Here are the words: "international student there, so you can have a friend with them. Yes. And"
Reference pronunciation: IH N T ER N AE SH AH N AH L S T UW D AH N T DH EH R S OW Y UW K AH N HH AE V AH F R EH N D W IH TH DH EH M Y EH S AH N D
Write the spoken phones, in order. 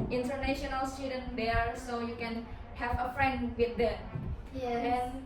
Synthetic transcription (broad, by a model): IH N T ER N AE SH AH N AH L S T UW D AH N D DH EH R S OW Y UW K AH N HH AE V AH F R EH N D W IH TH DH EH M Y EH AH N